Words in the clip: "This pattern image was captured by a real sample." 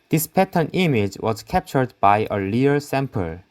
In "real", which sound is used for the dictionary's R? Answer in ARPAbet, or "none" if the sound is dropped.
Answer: L